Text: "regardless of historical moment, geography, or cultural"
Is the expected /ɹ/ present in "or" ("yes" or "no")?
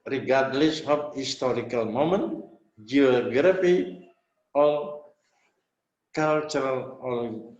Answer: no